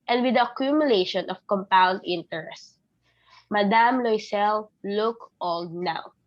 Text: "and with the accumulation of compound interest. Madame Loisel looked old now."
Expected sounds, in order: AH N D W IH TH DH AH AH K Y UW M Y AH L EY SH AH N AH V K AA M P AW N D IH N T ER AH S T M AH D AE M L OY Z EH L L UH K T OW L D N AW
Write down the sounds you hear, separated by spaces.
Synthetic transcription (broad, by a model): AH N D W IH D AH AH K Y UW M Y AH L EY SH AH N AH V K AA M P AW N D IH N T ER AH S T M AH D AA M L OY S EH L L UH K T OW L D N AW